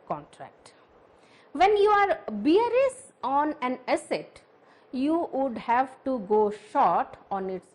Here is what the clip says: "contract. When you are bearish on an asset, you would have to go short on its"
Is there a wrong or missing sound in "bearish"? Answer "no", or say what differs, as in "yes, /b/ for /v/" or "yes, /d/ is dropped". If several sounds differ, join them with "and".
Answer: yes, /s/ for /ʃ/